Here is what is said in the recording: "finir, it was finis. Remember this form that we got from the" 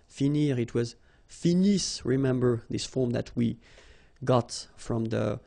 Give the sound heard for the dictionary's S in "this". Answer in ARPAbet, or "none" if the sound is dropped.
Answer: S